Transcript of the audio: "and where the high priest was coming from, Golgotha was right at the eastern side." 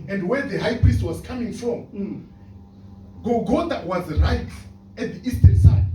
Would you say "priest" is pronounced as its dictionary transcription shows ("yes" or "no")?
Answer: yes